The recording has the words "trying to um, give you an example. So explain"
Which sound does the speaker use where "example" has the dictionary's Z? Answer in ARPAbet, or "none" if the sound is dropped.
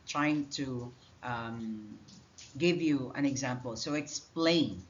Z